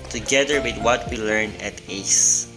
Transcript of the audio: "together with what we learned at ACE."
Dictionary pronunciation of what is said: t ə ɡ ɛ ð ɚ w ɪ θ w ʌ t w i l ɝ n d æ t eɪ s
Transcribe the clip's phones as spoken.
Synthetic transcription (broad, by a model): t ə ɡ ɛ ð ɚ w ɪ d w ʌ t w i l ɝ n æ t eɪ s